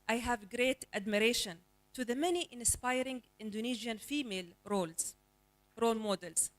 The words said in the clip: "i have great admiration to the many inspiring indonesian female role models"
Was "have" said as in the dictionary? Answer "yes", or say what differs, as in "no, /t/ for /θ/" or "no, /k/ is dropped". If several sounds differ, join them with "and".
yes